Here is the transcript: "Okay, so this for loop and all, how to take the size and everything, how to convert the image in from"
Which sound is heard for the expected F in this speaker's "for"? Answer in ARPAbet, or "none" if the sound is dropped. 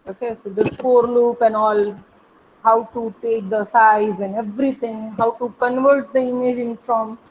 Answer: P